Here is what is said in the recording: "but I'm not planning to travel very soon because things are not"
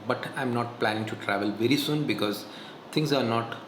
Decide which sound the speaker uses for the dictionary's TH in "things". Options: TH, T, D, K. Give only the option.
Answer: T